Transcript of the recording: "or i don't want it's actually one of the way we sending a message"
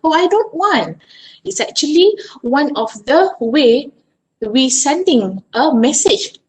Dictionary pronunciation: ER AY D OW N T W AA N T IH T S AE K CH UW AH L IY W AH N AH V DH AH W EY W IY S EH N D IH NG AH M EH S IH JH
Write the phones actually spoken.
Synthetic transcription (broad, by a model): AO AY D OW N T W AA N T IH T S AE K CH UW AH L IY W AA N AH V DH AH W EY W IY S EH N D IH NG AH M EH S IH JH